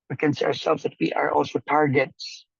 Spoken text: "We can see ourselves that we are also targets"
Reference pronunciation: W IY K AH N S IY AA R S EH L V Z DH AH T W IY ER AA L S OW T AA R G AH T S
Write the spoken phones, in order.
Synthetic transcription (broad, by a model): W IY K AH N S IY AA R S EH L V Z DH AH T W IY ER AA L S OW T AA R G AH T S